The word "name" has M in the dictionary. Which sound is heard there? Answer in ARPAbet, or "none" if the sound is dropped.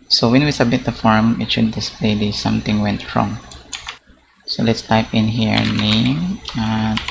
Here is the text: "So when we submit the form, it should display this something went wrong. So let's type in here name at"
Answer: none